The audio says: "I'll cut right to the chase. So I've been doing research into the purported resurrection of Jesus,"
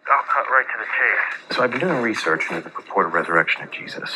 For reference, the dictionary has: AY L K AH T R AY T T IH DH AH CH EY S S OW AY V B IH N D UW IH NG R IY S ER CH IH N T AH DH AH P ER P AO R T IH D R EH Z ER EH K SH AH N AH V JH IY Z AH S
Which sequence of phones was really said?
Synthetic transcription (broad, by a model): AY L K AH T R AY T T IH DH AH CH EY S S OW AY V B IH N D UW IH NG R IY S ER CH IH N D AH DH AH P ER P AO R T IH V R EH Z ER EH K SH AH N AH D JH IY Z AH S